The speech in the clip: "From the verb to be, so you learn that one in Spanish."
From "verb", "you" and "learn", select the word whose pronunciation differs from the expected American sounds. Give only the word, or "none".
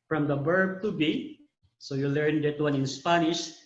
verb